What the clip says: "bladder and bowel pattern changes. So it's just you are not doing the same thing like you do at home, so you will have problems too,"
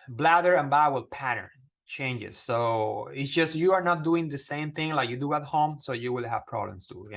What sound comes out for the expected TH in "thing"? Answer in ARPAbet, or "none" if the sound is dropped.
TH